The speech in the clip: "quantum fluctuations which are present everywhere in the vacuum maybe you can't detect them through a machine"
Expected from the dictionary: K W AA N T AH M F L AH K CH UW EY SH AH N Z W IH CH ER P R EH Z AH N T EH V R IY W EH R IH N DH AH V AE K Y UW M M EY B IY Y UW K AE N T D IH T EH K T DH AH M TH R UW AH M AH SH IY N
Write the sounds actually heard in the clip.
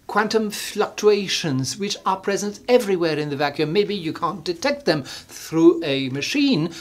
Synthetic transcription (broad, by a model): K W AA N T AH M F L AH K CH UW EY SH AH N Z W IH CH ER P R EH Z AH N T EH V R IY W EH R IH N DH AH V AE K Y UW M M EY B IY Y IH K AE N D IH T EH K T DH AH M TH R UW AH M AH SH IY N